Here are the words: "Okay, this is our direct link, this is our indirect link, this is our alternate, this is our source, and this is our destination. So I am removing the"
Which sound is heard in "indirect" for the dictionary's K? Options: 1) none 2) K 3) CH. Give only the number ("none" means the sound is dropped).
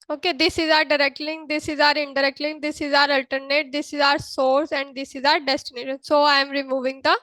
2